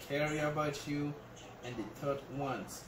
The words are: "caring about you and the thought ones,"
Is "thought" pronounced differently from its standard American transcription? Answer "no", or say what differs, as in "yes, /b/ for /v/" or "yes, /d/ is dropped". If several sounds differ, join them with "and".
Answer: yes, /t/ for /θ/